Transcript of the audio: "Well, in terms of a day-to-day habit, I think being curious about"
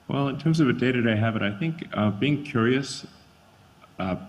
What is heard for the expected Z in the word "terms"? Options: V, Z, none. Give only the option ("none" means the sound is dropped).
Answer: Z